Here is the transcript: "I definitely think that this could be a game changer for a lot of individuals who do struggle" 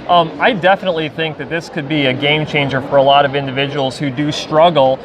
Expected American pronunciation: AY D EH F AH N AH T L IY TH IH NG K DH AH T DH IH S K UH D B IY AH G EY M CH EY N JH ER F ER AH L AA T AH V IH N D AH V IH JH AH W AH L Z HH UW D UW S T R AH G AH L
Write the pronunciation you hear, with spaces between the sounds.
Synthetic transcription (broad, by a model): AY D EH F AH N AH T L IY TH IH NG K DH AH T DH IH S K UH D B IY AH G EY M CH EY N JH ER F ER AH L AA T AH V IH N D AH V IH JH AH W L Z HH UW D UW S T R AH G L